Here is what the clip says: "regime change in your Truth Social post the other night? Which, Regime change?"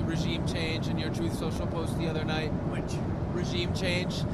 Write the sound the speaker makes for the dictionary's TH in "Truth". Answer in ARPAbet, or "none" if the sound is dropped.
TH